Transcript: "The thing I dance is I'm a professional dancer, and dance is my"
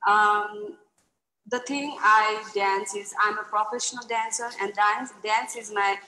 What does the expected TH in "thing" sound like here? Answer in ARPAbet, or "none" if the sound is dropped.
T